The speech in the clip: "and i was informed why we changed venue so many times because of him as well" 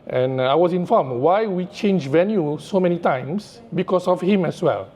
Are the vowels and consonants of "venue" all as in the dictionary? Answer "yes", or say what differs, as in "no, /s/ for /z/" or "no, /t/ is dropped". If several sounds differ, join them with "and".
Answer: yes